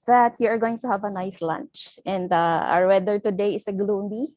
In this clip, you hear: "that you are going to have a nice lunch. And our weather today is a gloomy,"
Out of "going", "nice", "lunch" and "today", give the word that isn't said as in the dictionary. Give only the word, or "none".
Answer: none